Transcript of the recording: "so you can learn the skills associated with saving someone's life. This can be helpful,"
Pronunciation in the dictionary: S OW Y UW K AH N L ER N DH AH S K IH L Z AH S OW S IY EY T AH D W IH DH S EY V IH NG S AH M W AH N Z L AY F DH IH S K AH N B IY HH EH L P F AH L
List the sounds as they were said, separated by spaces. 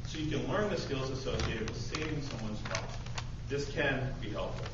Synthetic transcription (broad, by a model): S OW Y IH K AH N L ER N DH AH S K IH L Z AH S OW S IY EY T AH D W IH DH S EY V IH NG S AH M W AH N Z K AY DH IH S K AH N B IY HH EH L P F L